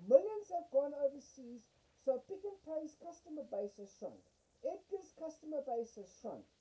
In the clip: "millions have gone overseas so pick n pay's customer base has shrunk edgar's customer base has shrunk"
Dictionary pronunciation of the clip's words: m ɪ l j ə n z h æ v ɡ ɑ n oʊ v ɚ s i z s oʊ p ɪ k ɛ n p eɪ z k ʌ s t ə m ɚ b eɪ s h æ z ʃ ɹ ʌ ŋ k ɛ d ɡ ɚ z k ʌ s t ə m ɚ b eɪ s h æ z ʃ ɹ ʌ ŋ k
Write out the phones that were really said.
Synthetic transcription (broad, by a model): m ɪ l j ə n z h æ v ɡ ɑ n oʊ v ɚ s i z s oʊ p ɪ k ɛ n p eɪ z k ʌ s t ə m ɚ b eɪ s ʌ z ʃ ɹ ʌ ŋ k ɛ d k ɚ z k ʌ s t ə m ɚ b eɪ s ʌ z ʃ ɹ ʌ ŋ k